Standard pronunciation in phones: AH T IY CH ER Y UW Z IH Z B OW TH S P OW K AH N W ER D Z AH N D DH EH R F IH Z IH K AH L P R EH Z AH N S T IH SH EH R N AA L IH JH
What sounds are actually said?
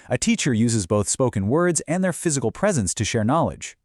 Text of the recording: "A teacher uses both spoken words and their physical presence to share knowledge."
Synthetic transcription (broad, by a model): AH T IY CH ER Y UW Z IH Z B OW TH S P OW K AH N W ER D Z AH N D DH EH R F IH Z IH K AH L P R EH Z AH N S T IH SH EH R N AA L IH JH